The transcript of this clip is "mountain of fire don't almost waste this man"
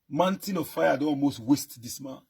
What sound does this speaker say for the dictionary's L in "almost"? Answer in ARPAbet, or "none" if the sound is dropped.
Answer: L